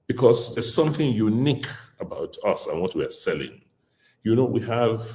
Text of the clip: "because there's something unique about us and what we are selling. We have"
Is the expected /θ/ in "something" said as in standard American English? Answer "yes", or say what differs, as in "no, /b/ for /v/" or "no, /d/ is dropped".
yes